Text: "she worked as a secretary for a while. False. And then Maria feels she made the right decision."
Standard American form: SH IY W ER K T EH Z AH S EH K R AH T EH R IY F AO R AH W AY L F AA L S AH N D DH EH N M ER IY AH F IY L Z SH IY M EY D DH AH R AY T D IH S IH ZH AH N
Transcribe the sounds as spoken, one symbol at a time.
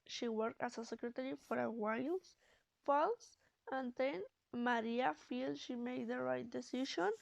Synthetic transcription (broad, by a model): SH IY W ER K T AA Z AH S EH K R AH T EH R IY F AO R AH W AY L F AA L S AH N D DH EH N M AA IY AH F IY L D SH IY M EY D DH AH R AY T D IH S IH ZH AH N